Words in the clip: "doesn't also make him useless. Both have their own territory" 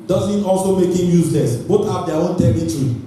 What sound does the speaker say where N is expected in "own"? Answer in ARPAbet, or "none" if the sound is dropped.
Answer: N